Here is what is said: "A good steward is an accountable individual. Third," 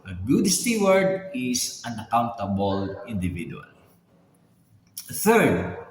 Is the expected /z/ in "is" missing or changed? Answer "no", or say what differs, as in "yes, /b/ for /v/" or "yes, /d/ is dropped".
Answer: yes, /s/ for /z/